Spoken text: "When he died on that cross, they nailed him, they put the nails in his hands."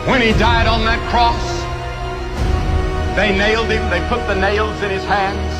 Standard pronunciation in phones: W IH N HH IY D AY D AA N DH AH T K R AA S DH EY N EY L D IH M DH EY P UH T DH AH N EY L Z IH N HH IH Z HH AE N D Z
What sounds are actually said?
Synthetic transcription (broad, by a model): W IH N IY D AY D N DH AH T K R AA S DH EY N EY L D IH M DH EY P UH T DH AH N EY L Z IH N IH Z HH AE N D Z